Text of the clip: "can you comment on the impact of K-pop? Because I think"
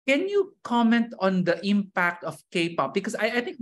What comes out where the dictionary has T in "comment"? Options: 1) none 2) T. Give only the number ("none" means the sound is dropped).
2